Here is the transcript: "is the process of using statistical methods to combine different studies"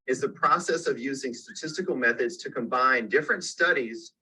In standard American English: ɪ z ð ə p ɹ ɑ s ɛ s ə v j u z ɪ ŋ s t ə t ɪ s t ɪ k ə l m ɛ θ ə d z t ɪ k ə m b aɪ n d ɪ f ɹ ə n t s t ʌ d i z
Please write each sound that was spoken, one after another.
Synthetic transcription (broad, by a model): ɪ z ð ə p ɹ ɑ s ɛ s ə v j u z ɪ ŋ s t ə t ɪ s t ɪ k l m ɛ θ ə d z t ɪ k ə m b aɪ n d ɪ f ɹ ə n t s t ʌ d i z